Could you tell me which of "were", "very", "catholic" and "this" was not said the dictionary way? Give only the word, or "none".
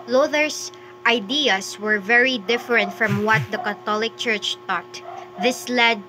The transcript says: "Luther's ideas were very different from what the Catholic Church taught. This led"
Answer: catholic